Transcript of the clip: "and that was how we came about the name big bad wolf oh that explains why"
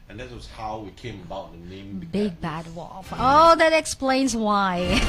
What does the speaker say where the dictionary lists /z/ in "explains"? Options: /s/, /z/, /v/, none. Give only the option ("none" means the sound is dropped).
/z/